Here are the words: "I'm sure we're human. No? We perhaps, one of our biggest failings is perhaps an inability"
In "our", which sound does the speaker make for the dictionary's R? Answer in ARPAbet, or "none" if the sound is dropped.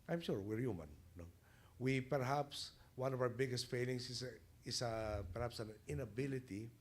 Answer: W